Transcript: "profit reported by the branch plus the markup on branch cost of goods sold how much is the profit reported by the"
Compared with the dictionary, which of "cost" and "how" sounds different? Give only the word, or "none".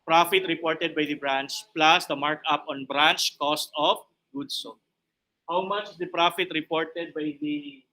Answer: none